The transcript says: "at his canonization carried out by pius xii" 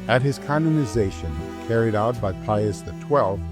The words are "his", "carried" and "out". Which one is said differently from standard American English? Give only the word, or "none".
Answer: none